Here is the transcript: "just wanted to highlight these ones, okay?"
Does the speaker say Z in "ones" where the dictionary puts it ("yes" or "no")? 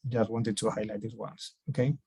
no